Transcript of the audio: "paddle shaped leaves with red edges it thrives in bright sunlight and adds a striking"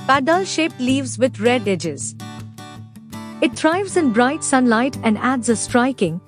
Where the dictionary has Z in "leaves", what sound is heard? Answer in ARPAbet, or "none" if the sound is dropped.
Z